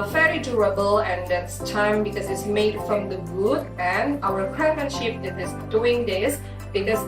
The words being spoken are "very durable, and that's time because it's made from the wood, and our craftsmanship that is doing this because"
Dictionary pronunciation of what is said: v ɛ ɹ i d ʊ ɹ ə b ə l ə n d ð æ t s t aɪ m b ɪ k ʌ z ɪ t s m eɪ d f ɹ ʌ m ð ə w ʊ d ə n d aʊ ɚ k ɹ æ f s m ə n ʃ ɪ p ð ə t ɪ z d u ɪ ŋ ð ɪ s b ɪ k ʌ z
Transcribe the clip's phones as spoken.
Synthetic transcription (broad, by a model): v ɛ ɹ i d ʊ ɹ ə b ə l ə n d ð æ t s t aɪ m b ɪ k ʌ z ɪ t s m eɪ d f ɹ ʌ m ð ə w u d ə n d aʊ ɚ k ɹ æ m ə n ʃ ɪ p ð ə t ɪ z d u ɪ ŋ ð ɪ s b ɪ k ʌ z